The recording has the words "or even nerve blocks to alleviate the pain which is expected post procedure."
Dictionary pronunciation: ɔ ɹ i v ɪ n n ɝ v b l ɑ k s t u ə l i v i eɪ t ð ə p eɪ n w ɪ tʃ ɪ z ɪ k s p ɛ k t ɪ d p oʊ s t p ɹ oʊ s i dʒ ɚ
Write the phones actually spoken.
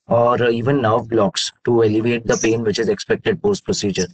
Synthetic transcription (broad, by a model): ɔ ɹ i v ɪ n n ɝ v b l ɑ k s t u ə l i v eɪ t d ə p eɪ n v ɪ tʃ ɪ z ɪ k s p ɛ k t ɪ d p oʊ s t p ɹ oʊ s i dʒ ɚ